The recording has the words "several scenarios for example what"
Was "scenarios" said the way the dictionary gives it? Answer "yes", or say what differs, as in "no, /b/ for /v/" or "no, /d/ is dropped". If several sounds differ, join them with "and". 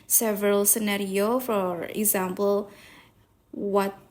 no, /z/ is dropped